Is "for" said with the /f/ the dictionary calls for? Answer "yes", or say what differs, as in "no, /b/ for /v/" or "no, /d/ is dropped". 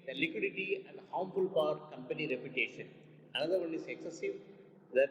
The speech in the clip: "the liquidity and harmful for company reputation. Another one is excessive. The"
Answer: no, /p/ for /f/